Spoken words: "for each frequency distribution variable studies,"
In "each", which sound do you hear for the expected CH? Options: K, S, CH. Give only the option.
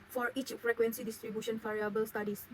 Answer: CH